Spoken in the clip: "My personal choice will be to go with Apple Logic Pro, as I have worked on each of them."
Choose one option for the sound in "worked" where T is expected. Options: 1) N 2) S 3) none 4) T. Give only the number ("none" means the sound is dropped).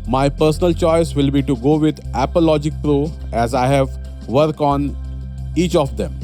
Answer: 3